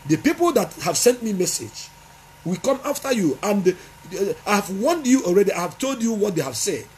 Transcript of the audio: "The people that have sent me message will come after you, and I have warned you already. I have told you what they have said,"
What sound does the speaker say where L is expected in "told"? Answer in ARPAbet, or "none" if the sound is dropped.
L